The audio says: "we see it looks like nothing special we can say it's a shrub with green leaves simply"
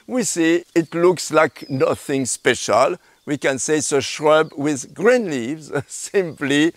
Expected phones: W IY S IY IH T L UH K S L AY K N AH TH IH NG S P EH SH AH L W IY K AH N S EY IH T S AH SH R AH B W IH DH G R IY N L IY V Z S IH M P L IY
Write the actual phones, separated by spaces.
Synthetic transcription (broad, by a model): W IY S IY IH T L UH K S L AY K N AH TH IH NG S P EH SH AH L W IY K AH N S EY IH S AH SH R AH B W IH DH G R IY N L IY V Z S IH M P L IY